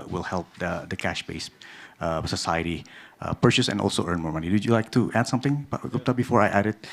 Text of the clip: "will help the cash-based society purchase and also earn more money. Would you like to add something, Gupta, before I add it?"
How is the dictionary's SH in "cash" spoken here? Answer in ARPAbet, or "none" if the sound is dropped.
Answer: SH